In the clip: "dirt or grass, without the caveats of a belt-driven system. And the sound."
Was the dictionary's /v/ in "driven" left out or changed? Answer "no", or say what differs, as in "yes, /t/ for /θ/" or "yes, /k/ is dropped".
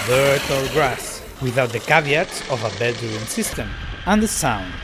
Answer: yes, /v/ is dropped